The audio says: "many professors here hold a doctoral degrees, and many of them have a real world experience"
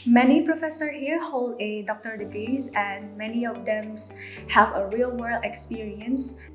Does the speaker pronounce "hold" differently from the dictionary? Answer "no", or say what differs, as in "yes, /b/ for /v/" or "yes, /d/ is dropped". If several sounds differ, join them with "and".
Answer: no